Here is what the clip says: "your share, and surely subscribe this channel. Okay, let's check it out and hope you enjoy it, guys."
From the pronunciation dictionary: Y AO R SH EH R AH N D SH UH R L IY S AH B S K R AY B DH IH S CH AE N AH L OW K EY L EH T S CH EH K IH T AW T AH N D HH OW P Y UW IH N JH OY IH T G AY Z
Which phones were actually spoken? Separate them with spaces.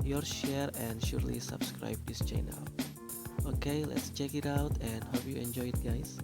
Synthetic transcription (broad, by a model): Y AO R SH EH R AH N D SH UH R L IY S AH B S K R AY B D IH S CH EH N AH L OW K EY L EH T S CH EH K IH T AW T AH N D HH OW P Y UW IH N JH OY IH T G AY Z